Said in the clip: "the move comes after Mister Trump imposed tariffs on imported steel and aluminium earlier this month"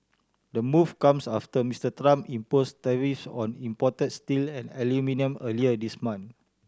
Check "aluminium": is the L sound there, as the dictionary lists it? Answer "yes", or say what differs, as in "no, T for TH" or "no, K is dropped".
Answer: yes